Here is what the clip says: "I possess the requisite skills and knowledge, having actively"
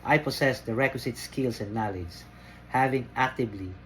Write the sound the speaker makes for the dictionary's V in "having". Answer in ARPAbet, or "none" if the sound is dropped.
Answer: V